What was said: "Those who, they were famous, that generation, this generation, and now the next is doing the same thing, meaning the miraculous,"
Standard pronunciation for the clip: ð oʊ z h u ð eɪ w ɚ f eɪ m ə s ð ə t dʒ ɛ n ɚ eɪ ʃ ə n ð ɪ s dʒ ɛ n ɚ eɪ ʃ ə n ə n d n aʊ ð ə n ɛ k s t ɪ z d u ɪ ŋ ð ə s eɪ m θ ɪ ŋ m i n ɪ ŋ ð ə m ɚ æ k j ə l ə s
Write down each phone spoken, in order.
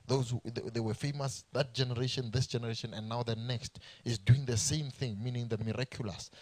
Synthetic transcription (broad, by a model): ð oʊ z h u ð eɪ w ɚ f eɪ m ə s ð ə t dʒ ɛ n ɚ eɪ ʃ ə n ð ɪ s dʒ ɛ n ɚ eɪ ʃ ə n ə n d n aʊ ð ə n ɛ k s t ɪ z d u ɪ ŋ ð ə s eɪ m θ ɪ ŋ m i n ɪ ŋ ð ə m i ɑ k j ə l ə s